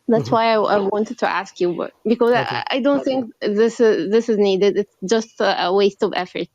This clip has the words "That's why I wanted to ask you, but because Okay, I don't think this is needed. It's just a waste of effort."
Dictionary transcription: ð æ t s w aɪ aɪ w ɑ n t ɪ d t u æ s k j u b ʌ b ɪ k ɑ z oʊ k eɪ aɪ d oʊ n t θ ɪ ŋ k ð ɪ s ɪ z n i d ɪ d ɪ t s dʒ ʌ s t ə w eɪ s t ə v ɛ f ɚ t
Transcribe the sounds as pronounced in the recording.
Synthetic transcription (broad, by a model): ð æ t s w aɪ aɪ w ɑ n t ɪ d t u æ s k j u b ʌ b ɪ k ɑ z aɪ d oʊ n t θ ɪ ŋ k ð ɪ s ɪ z n i d ɪ d ɪ t s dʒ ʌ s t ə w eɪ s t ə v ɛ f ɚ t